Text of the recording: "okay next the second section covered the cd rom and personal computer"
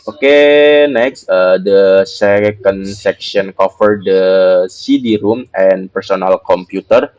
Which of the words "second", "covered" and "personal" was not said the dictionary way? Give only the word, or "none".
covered